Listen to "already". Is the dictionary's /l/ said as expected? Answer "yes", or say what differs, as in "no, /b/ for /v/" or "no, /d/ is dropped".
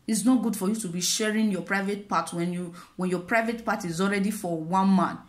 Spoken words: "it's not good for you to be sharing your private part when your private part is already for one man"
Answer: yes